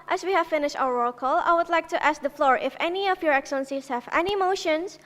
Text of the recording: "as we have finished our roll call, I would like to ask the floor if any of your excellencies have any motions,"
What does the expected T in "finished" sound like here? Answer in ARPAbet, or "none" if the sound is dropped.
T